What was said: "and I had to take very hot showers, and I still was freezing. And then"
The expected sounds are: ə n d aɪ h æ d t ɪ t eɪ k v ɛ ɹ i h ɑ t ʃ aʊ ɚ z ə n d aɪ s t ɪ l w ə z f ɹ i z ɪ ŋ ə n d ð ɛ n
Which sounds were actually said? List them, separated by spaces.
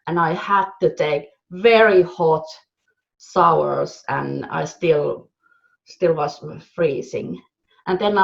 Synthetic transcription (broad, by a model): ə n aɪ h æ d t ɪ t eɪ k v ɛ ɹ i h ɑ t s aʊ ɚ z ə n aɪ s t ɪ l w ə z f ɹ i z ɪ ŋ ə n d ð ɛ n